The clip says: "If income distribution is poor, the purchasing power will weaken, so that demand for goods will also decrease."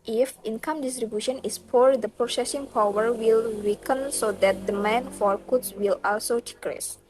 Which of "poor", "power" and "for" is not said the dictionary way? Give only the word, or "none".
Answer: none